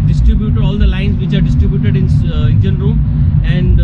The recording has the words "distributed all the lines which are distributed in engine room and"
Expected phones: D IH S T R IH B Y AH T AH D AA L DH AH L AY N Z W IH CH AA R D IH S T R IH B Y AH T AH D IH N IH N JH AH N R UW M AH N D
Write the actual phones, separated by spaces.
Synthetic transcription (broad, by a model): D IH S T R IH B Y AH T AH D AA L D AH L AY N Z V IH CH AA R D IH S T R IH B Y AH T AH D IH N IH N JH AH N R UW AH N D